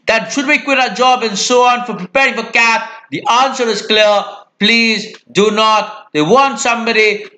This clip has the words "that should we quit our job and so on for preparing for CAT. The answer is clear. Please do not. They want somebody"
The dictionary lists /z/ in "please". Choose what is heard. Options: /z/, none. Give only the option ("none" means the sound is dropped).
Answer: /z/